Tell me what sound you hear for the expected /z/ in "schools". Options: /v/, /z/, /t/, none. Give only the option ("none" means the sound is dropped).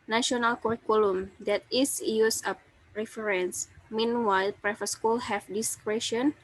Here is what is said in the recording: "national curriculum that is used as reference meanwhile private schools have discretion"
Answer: none